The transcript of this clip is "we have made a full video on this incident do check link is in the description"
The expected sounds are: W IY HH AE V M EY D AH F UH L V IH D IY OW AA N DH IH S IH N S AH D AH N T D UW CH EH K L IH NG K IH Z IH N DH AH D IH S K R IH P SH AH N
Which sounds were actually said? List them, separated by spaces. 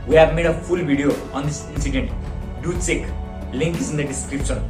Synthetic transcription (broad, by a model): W IY HH AE V M EY D AH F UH L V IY D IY OW AA N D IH S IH N S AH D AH N T D UW S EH K L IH NG K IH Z IH N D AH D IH S K R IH P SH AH N